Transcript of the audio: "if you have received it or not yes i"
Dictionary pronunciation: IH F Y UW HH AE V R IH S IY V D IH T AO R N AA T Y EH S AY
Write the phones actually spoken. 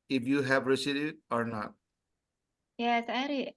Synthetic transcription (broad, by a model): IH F Y UW HH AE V R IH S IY D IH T AO R N AA T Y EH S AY